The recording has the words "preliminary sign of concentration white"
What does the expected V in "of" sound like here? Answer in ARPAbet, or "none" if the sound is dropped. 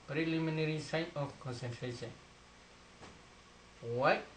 F